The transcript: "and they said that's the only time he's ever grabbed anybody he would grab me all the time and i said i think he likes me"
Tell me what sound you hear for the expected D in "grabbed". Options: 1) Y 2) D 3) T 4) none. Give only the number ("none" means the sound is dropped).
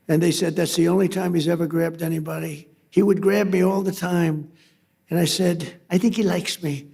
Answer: 2